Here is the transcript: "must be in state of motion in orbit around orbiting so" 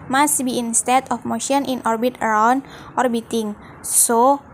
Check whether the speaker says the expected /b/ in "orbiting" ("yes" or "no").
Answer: yes